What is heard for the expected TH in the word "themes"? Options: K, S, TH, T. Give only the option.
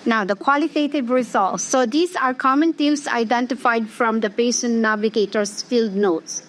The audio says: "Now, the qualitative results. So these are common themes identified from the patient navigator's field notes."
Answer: T